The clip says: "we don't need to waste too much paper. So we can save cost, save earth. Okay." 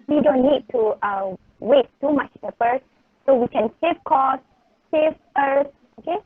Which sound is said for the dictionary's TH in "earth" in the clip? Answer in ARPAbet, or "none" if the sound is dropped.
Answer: S